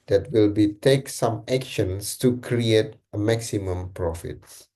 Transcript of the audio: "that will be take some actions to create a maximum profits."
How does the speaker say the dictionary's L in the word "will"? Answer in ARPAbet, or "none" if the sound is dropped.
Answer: L